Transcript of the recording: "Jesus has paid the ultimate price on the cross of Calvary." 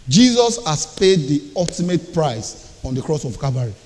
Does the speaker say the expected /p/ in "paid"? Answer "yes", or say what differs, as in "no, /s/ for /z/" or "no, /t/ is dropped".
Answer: yes